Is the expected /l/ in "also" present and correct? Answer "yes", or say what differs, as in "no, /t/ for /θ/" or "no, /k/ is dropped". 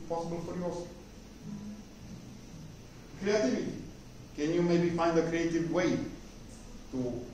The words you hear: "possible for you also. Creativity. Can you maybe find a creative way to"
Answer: no, /l/ is dropped